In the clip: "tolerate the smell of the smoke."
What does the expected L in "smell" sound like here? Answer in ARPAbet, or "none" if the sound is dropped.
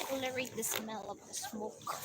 L